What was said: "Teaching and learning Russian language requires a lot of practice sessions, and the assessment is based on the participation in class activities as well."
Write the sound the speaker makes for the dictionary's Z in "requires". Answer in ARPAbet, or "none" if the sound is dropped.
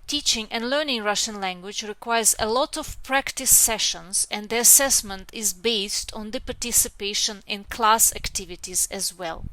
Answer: Z